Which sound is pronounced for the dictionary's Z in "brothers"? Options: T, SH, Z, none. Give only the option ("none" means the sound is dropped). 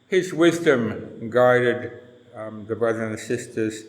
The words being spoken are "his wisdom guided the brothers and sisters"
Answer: none